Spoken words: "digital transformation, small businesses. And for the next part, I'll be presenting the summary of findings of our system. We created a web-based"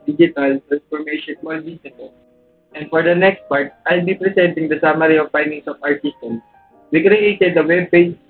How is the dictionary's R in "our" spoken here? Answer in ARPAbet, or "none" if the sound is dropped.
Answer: R